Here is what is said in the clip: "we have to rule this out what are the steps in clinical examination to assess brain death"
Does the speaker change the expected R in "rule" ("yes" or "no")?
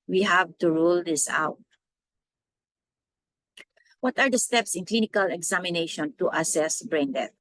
no